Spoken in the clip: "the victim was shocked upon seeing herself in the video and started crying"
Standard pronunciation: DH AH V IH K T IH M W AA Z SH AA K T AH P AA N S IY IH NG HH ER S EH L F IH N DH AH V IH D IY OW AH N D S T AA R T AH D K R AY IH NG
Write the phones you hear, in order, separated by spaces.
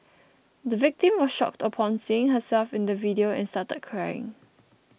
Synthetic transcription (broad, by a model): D AH V IH K T IH M W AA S SH AA K T AH P AA N S IY IH NG HH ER S EH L F IH N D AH V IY D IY OW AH N S T AA T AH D K R AY IH NG